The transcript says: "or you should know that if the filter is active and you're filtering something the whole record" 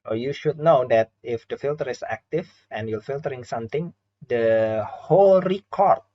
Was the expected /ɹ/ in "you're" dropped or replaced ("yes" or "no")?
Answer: yes